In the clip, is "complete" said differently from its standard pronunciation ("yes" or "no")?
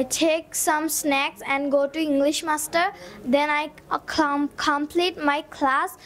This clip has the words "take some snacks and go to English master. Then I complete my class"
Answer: no